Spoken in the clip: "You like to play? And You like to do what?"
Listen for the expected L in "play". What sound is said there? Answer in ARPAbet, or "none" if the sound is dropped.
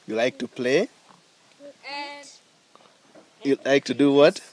L